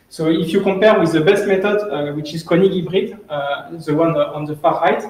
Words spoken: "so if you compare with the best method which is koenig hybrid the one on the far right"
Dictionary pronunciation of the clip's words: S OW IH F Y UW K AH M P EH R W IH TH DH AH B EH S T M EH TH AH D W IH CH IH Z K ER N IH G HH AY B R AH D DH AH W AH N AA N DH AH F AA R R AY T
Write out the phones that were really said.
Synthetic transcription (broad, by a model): S OW IH F Y UW K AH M P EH R W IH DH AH B EH S T M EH T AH D W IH CH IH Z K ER N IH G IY B R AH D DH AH W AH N AA N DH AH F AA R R AY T